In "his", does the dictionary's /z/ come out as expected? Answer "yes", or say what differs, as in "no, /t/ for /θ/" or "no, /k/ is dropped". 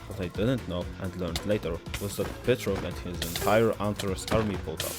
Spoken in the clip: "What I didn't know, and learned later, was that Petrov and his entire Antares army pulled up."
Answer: yes